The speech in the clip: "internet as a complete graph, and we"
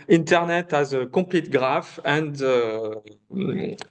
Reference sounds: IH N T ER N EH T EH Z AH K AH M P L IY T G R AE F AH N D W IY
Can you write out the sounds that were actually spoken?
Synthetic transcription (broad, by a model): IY N T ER N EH T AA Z AH K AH P L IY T G R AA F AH N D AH